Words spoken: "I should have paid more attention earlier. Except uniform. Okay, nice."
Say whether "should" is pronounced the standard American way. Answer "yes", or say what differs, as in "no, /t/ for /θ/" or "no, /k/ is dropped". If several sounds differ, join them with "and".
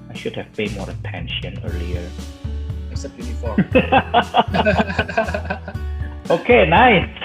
yes